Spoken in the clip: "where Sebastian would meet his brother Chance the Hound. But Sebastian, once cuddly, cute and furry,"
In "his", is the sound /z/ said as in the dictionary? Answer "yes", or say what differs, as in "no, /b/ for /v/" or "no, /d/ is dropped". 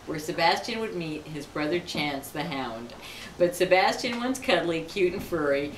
yes